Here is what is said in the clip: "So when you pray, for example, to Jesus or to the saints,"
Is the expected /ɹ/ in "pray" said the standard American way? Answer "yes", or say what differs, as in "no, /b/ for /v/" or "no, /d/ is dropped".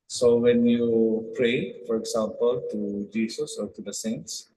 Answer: yes